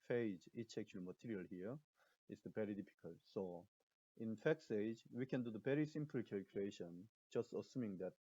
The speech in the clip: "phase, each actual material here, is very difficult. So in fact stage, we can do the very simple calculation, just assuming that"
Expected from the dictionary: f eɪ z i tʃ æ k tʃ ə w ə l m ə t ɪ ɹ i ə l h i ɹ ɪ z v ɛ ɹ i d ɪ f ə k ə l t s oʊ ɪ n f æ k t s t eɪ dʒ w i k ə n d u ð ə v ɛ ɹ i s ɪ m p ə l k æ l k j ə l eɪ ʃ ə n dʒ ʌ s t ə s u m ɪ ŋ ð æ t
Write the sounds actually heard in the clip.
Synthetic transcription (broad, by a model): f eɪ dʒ i tʃ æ k tʃ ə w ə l m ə t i ɹ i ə l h i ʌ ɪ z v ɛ ɹ i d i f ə k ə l t s oʊ ɪ n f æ k s eɪ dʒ w i k ə n d u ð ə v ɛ ɹ i s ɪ m p l k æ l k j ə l eɪ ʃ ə n dʒ ʌ s t ə s u m ɪ ŋ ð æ t